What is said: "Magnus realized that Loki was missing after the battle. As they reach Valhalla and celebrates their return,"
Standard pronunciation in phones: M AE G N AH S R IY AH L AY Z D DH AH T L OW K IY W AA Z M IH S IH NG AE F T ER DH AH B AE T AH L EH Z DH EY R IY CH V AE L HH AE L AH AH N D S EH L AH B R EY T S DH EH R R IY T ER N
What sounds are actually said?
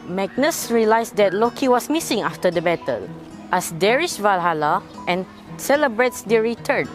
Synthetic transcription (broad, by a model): M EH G N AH S R IY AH L AY S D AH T L OW K IY W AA S M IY S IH NG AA F T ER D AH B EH T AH L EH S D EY R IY SH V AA L HH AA L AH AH N S EH L AH B R EY T S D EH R R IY T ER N